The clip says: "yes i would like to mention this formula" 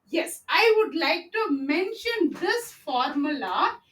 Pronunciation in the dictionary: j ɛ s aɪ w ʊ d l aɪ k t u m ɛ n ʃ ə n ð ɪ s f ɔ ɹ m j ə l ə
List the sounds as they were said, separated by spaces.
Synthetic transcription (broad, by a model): j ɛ s aɪ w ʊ d l aɪ k t u m ɛ n ʃ ə n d ɪ s f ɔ ɹ m j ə l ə